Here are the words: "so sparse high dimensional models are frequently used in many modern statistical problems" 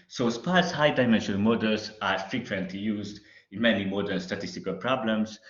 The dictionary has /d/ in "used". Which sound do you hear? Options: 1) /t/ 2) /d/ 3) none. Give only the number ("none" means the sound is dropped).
2